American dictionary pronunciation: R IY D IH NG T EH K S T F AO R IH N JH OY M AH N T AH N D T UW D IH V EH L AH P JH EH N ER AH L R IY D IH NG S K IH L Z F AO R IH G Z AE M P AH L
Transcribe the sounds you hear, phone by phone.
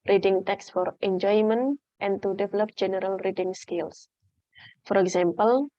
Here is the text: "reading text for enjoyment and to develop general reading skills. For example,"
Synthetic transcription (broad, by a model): R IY D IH NG T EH K S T F AO R IH N JH OY M AH N T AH N T UW D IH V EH L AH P JH EH N ER AH L R IY D IH NG S K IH L S F AO R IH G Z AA M P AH L